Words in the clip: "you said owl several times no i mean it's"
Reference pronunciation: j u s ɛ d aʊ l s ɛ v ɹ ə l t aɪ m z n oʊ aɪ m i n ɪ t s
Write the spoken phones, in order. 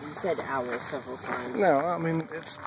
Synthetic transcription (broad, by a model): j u s ɛ d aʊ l s ɛ v ɹ l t aɪ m n oʊ aɪ m i n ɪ t s